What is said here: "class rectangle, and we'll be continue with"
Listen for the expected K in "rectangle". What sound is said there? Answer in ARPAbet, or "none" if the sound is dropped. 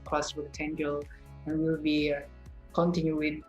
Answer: none